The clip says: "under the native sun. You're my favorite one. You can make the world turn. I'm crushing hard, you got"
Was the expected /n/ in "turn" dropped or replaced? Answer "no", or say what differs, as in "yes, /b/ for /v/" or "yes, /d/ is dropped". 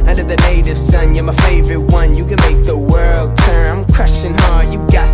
yes, /n/ is dropped